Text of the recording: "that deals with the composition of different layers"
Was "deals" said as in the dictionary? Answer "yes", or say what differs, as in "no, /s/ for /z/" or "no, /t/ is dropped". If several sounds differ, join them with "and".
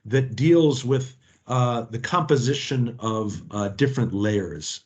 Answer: yes